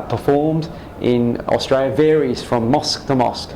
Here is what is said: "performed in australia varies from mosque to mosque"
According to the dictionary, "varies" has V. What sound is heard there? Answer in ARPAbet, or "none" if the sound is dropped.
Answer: V